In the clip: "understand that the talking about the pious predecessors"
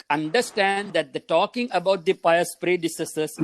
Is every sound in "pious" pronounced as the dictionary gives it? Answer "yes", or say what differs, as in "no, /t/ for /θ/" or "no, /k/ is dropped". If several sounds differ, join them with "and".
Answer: yes